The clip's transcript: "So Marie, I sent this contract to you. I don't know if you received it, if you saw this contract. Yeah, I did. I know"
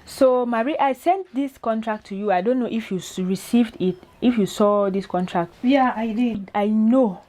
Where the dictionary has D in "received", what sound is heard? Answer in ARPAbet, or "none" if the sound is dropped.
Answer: D